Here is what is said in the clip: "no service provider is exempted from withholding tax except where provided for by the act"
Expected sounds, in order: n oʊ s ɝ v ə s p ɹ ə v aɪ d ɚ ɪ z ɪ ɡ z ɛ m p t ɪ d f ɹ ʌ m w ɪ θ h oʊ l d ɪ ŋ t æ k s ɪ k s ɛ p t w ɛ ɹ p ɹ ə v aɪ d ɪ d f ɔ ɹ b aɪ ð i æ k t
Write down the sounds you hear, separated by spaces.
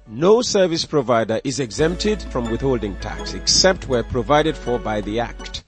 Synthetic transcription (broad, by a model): n oʊ s ɝ v ə s p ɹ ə v aɪ d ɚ ɪ z ɪ ɡ z ɛ m p t ɪ d f ɹ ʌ m w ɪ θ h oʊ l d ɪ ŋ t æ k s ɪ k s ɛ p t w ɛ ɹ p ɹ ə v aɪ d ɪ d f ɔ ɹ b aɪ ð i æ k t